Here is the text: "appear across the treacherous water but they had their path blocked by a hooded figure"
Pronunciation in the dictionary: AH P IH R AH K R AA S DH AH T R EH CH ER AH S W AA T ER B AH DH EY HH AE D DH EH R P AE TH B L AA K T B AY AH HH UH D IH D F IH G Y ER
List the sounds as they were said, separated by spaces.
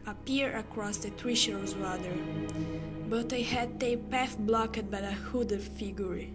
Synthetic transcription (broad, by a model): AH P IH R AH K R AA S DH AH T R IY SH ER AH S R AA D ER B AH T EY HH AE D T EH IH P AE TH B L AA K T B AY AH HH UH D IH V F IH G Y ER